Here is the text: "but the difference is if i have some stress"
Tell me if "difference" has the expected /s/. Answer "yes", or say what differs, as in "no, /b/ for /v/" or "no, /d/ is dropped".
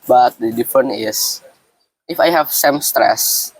no, /s/ is dropped